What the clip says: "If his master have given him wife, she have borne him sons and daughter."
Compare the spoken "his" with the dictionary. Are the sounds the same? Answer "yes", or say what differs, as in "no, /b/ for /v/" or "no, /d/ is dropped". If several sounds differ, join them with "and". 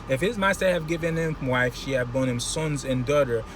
yes